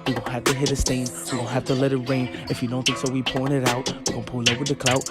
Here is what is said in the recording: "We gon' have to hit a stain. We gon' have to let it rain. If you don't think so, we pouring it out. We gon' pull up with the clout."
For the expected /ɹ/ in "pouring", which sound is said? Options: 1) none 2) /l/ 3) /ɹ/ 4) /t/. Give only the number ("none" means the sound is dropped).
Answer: 1